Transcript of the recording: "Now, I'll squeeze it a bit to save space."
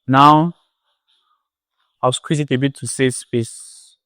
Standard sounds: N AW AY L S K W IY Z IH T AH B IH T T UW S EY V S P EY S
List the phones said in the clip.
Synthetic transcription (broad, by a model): N AW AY W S K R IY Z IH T AH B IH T T UW S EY S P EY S